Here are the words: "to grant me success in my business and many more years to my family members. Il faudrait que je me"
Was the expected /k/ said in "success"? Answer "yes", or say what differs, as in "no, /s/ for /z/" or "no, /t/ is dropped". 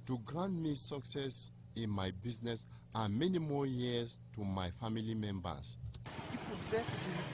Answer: yes